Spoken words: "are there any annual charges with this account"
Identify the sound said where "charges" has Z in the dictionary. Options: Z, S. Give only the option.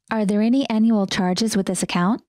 Z